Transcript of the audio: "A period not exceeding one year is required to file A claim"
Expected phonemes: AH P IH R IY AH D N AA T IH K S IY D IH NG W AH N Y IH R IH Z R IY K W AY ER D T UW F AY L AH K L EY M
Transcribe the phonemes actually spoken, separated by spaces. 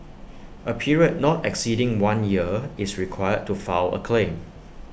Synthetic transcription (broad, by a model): AH P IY R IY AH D N AA T IH K S IY D IH NG W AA N Y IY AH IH S R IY K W AY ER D T UW F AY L AH K L EY M